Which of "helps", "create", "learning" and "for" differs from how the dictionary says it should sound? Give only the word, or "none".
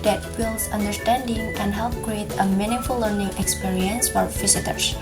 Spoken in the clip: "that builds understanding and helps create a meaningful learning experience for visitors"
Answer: helps